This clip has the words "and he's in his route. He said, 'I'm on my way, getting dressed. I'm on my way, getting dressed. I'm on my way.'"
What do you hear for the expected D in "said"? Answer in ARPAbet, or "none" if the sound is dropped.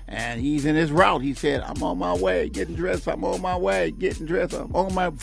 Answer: D